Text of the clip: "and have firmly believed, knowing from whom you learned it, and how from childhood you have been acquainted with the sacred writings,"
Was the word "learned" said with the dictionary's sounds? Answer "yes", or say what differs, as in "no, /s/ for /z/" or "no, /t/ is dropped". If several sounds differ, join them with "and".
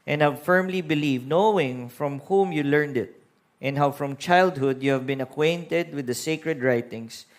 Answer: yes